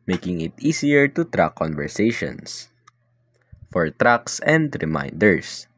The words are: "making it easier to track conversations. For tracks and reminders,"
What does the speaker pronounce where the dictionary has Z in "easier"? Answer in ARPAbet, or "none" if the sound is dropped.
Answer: S